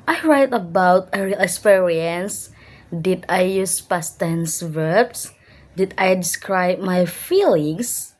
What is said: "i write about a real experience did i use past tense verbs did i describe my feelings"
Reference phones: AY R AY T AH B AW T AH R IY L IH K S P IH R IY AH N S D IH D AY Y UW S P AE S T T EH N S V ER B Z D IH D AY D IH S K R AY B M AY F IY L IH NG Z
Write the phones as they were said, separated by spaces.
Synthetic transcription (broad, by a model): AY R AY T AH B AW T AH R IY L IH K S P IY R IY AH N S D IH D AY Y UW S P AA S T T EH N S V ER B S D IH D AY D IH S K R AY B M AY F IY L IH NG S